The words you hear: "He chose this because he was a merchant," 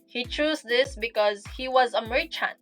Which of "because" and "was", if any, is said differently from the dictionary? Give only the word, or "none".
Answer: none